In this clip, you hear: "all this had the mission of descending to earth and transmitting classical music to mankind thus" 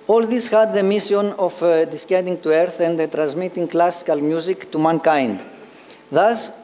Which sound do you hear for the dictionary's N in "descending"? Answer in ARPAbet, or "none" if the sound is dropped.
none